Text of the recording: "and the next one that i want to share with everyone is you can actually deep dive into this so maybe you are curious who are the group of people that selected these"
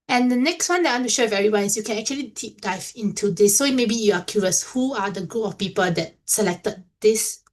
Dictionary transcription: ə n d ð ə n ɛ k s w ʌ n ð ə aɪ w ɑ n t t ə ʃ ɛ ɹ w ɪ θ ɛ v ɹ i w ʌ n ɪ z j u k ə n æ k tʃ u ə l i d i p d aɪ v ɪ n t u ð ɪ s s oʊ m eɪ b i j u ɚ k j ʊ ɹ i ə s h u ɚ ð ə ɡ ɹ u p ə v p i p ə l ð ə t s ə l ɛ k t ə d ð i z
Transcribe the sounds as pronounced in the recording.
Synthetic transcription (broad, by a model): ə n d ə n ɛ k s w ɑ n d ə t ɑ n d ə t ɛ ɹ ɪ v ɛ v ɹ i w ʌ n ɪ s j u k ə n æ k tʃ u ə l i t i p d aɪ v ɪ n t u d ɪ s s oʊ m eɪ b i j u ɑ k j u ɹ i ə s h u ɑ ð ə ɡ u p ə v p i p ə l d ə t s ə l ɛ k t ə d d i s